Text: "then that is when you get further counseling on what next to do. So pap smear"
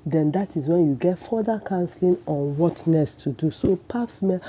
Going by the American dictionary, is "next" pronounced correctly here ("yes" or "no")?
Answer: no